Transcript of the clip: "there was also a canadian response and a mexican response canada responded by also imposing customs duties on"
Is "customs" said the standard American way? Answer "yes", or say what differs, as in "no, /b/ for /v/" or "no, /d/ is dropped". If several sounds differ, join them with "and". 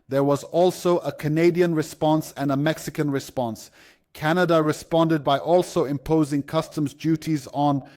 yes